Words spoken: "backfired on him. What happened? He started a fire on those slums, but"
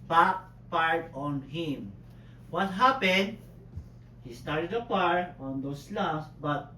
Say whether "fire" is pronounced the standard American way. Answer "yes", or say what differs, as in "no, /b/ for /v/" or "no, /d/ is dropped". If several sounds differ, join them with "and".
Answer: no, /p/ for /f/